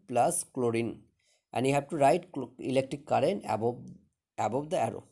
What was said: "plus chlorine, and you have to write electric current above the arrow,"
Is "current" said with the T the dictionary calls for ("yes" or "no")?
no